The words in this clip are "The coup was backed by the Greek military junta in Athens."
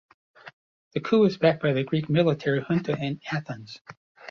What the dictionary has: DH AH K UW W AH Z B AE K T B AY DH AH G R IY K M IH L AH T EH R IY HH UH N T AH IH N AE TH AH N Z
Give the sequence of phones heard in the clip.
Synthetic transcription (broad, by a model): DH AH K UW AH Z B AE K B AY DH AH G R IY K M IH L AH T EH R IY HH UH N T AH IH N AE TH AH N Z